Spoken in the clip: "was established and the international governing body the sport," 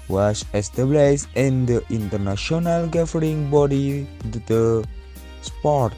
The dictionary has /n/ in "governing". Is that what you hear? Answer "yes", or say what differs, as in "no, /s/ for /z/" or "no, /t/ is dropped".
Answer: no, /n/ is dropped